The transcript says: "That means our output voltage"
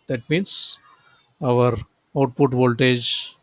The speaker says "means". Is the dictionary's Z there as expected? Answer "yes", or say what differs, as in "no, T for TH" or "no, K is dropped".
no, S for Z